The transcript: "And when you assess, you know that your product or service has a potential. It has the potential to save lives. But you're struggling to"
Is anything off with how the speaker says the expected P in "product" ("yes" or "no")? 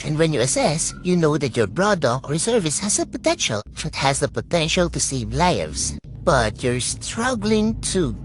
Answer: yes